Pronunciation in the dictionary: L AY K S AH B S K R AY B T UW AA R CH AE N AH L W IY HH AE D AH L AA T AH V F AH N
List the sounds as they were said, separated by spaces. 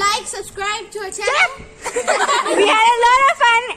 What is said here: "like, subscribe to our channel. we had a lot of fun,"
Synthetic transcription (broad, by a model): AY K S AH B S K R AY B T UW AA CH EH AH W IY HH AE D AH L AA T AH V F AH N